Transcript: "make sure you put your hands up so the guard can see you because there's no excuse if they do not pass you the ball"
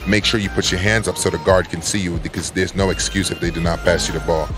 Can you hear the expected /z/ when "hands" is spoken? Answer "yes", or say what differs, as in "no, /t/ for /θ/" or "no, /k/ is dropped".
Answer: yes